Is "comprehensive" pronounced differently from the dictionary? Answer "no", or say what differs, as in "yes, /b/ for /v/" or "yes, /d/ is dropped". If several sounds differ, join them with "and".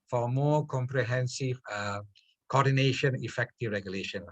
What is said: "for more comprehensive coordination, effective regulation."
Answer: no